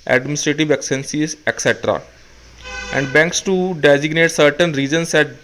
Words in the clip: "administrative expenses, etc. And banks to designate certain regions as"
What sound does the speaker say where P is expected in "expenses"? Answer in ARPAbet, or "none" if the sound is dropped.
none